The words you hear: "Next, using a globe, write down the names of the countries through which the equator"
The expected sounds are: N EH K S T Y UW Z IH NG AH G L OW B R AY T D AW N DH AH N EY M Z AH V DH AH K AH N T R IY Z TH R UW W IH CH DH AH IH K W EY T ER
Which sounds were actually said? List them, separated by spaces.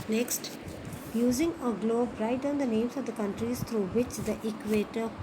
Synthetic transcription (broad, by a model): N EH K S T Y UW Z IH NG AH G L OW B R AY T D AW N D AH N EY M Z AH V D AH K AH N T R IY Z T R UW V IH CH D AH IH K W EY T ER